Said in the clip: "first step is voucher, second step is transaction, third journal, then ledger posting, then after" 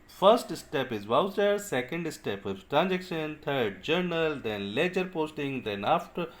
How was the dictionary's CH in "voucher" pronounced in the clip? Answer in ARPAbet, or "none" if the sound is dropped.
S